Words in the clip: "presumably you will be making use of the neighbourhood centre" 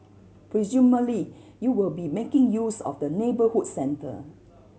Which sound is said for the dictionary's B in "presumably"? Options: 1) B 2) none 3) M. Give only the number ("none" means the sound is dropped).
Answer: 2